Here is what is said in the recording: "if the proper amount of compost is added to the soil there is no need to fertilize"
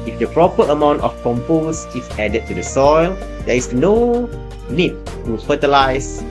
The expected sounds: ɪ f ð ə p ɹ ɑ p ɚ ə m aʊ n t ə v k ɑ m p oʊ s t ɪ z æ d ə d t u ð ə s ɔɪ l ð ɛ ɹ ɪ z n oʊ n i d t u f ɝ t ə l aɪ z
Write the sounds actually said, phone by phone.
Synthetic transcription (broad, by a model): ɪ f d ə p ɹ ɑ p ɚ ə m aʊ n t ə f k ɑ m p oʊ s ɪ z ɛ d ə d t u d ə s ɔɪ l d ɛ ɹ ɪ s n oʊ n i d t u f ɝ t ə l aɪ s